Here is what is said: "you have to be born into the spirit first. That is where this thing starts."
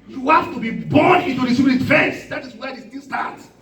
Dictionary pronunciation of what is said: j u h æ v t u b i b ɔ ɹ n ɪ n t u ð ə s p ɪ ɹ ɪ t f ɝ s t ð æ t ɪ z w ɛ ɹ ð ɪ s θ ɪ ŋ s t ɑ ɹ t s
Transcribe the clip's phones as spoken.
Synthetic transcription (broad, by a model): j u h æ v t u b i b ɔ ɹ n ɪ n t u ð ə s ɪ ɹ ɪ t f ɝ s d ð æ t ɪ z w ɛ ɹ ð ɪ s t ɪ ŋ s t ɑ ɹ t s